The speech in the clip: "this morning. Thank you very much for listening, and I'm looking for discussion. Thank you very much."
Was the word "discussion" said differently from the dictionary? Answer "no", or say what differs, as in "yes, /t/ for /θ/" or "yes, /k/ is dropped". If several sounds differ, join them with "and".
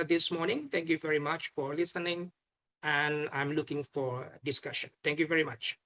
no